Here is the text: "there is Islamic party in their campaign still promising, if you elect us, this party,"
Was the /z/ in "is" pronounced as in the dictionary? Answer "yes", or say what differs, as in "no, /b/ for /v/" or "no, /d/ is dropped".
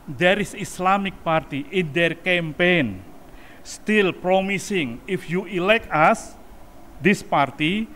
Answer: no, /s/ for /z/